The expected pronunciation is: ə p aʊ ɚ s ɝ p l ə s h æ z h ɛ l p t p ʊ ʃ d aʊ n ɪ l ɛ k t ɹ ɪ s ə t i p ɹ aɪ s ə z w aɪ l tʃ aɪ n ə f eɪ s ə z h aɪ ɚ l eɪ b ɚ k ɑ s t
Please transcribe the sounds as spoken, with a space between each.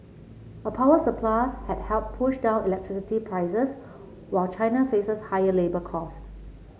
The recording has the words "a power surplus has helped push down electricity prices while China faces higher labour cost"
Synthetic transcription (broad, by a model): ə p aʊ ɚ s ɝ p l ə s h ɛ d h ɛ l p p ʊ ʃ d aʊ n ɪ l ɛ k t ɹ ɪ s ə t i p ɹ aɪ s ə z w aɪ l tʃ aɪ n ə f eɪ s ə s h aɪ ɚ l eɪ b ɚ k ɑ s t